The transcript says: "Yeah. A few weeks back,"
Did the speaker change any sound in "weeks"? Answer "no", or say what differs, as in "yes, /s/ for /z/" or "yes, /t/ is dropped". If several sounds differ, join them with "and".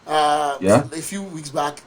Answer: no